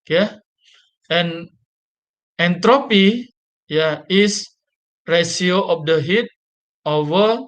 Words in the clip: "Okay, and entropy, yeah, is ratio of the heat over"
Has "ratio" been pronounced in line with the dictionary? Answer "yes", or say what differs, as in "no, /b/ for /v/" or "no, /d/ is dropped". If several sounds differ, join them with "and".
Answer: no, /s/ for /ʃ/